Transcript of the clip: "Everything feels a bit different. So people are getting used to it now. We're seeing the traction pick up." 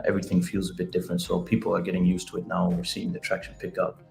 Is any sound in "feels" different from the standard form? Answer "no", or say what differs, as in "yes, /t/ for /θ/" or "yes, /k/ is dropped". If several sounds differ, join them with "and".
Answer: no